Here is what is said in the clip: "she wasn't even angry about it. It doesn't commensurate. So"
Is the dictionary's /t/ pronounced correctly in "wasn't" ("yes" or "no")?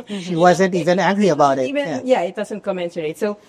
yes